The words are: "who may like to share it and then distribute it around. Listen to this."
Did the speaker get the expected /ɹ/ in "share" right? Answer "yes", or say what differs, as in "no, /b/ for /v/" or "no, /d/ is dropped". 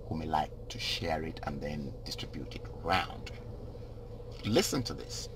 yes